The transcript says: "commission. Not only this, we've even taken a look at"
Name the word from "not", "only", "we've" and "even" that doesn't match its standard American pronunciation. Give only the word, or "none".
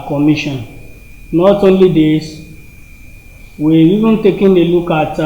we've